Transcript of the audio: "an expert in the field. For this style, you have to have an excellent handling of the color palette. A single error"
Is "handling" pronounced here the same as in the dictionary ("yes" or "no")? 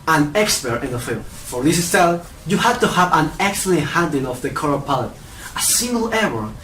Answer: no